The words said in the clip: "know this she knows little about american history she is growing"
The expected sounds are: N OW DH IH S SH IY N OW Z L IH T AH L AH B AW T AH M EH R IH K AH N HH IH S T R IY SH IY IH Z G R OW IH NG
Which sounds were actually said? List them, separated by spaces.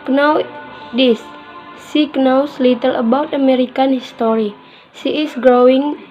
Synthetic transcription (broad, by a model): N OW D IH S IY N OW S L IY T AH L AH B AW T AH M EH R IH K AH N HH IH S T R IY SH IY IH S G R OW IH NG